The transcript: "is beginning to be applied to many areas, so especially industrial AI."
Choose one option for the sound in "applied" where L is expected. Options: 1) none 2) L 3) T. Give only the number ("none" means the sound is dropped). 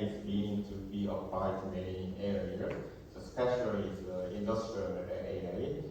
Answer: 1